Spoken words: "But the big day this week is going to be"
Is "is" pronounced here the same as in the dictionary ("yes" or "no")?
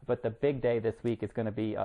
yes